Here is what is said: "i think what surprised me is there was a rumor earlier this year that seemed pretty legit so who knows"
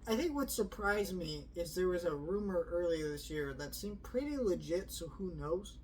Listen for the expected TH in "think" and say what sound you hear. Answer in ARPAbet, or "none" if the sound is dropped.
TH